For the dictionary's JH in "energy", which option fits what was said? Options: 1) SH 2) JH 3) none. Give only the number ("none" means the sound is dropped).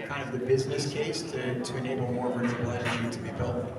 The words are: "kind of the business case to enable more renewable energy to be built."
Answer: 3